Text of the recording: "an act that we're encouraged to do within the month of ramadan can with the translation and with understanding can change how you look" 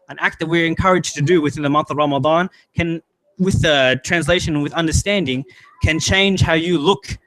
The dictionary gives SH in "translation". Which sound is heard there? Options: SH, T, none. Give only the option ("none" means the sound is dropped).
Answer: none